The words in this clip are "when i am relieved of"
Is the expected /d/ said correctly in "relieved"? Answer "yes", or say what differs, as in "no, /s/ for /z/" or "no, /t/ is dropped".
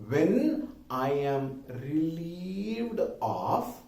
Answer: yes